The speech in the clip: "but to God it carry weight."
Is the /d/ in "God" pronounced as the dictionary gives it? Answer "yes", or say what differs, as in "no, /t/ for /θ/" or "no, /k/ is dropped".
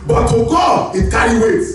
no, /d/ is dropped